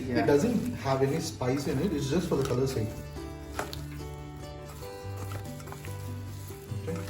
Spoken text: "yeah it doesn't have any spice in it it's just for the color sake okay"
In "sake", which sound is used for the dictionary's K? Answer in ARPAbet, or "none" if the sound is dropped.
none